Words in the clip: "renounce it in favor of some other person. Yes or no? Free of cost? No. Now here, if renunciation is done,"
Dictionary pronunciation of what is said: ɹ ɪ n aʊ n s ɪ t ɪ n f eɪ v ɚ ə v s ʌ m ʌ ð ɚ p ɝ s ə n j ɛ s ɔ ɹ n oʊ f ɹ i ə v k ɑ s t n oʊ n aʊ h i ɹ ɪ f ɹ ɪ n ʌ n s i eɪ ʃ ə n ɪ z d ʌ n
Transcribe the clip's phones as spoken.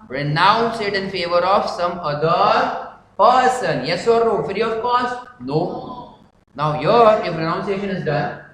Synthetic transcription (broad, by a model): ɹ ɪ n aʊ n s ɪ t ɪ n f eɪ v ɚ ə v s ʌ m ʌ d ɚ p ɝ s ə n j ɛ s ɔ ɹ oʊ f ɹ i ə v k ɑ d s n oʊ n aʊ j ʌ ɹ ɪ f ɹ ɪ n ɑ n s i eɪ ʃ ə n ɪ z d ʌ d